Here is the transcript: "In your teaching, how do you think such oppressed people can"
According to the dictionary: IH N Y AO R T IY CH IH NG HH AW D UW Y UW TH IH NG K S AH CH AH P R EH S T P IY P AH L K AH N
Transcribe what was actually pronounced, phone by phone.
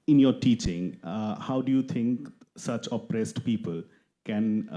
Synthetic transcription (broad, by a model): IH N Y AO R T IY CH IH NG HH AW D UW Y UW T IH NG K S AH CH AH P R EH S T P IY P AH L K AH N